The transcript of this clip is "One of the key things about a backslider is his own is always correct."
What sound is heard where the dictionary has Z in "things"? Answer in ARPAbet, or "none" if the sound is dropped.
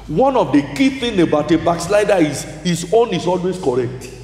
none